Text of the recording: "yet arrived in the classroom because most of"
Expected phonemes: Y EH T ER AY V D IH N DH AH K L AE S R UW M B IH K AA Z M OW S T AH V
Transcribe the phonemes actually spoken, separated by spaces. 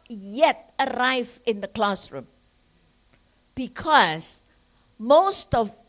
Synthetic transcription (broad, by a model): Y EH T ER AY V IH N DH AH K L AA S R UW M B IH K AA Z M OW S T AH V